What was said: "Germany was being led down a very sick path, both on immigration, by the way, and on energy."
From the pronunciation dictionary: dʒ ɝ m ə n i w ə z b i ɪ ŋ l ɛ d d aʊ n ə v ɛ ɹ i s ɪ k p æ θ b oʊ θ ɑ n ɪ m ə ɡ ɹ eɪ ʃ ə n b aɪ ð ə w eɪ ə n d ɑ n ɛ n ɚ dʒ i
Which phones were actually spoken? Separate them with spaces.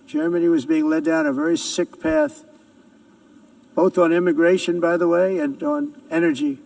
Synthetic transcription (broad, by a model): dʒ ɝ m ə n i w ə z b i ɪ ŋ l ɛ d d aʊ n ə v ɛ ɹ i s ɪ k p æ θ b oʊ θ n ɪ m ə ɡ ɹ eɪ ʃ ə n b aɪ ð ə w eɪ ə n n ɛ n ɚ dʒ i